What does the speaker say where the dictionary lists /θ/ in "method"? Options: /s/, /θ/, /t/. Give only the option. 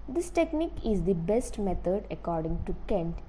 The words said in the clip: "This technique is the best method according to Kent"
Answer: /t/